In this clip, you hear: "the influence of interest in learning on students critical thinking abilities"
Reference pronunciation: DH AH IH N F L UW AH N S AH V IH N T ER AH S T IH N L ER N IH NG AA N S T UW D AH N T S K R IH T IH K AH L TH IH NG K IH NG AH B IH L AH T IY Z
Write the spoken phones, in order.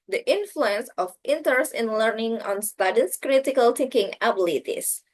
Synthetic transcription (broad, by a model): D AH IH N F L UW AH N S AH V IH N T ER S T IH N L ER N IH NG AA N S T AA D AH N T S K R IH T IH K AH L T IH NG K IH NG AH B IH L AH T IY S